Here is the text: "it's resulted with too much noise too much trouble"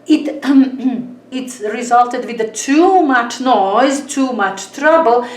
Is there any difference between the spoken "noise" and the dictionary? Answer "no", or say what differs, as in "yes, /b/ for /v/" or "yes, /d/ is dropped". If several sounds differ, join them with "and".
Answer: no